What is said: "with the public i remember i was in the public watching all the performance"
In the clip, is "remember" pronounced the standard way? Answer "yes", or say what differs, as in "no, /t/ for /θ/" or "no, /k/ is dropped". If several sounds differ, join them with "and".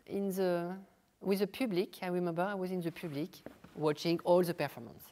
yes